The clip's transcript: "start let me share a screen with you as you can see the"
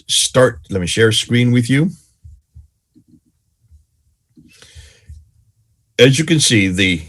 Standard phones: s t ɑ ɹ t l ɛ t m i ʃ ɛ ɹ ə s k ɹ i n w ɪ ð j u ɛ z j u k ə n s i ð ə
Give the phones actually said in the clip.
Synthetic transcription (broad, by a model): s t ɑ ɹ t l ɛ t m i ʃ ɛ ɹ ə s k ɹ i n w ɪ ð j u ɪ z j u k ə n s i ð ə